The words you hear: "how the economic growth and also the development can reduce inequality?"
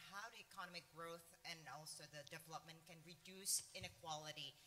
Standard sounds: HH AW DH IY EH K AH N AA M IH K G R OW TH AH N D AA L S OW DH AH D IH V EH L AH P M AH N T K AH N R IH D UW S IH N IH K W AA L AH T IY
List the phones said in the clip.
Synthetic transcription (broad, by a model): HH AW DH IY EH K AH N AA M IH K G R OW TH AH N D AA L S OW DH AH D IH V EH L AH P M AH N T K AH N R IH D UW S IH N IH K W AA L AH T IY